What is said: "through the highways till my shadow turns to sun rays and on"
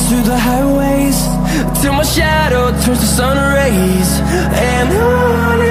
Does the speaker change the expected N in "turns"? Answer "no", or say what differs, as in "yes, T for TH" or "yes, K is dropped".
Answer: yes, N is dropped